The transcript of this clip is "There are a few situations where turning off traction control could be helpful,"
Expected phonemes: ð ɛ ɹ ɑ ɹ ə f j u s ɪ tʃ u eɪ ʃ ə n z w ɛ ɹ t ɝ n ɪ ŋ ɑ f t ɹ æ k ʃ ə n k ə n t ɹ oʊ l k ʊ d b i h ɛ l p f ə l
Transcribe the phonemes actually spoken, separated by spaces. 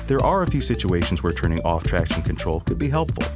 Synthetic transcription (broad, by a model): ð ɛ ɹ ɑ ɹ ə f j u s ɪ tʃ u eɪ ʃ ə n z w ɛ ɹ t ɝ n ɪ ŋ ɑ f t ɹ æ k ʃ ə n k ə n t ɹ oʊ l k ʊ d b i h ɛ l p f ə l